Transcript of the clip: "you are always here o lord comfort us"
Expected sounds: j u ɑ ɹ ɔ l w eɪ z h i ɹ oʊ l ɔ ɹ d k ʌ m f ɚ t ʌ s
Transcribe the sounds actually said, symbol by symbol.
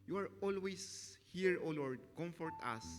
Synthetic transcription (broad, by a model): j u ɑ ɹ ɔ l w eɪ s h i ɹ oʊ l ɔ ɹ d k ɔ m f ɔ t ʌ s